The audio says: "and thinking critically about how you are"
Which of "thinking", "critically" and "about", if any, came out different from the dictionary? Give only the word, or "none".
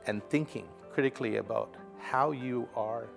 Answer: none